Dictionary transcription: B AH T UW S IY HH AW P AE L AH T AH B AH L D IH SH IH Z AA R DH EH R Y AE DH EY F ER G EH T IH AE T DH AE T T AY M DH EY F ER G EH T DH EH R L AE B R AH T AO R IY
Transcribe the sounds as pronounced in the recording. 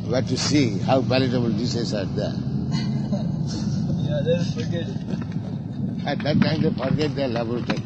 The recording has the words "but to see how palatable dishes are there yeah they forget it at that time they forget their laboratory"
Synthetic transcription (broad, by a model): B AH T UW S IY HH AW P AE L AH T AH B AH L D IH S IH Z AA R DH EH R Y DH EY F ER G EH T AE T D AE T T AY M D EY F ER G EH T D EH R L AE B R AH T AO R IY